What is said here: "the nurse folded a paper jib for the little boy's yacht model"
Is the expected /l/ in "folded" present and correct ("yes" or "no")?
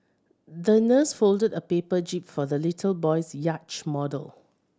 yes